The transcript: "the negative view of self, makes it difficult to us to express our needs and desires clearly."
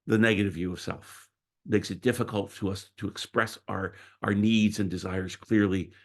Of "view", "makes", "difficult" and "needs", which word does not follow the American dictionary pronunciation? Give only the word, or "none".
none